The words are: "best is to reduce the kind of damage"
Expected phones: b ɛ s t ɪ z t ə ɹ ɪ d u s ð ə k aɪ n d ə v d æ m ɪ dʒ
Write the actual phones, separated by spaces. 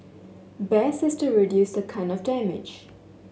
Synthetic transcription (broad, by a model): b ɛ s ɪ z t ə ɹ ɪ d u s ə k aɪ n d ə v d æ m ɪ dʒ